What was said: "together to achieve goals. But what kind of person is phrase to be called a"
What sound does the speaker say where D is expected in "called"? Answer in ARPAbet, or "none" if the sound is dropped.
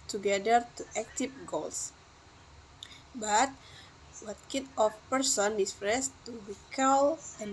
none